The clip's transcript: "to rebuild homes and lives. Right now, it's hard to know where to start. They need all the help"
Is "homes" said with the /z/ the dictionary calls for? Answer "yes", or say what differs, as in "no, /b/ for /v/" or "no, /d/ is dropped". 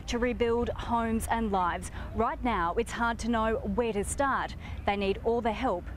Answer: yes